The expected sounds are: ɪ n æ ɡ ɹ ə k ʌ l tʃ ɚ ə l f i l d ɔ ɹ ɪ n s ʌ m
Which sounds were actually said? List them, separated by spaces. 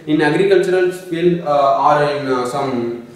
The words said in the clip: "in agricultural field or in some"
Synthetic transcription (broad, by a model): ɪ n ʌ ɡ ɹ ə k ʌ l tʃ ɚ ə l p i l ɑ ɹ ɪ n s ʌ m